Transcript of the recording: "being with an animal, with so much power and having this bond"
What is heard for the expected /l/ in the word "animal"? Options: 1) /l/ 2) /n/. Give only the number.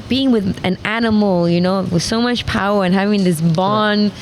2